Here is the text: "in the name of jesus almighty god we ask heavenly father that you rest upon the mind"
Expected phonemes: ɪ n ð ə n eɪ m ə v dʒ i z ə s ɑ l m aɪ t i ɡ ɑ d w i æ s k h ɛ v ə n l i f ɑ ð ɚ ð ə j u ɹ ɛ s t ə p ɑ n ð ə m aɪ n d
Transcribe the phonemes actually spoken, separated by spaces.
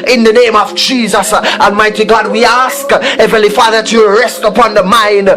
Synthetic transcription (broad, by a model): ɪ n ð ə n eɪ m ə v dʒ i z ə s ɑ n m aɪ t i ɡ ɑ d w i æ s k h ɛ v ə l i f ɑ ð ɚ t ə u ɹ ɛ s t ə p ɑ n ð ə m aɪ n d